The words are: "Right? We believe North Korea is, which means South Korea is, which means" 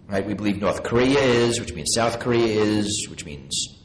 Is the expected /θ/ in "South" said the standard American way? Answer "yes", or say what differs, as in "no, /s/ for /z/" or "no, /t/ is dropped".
yes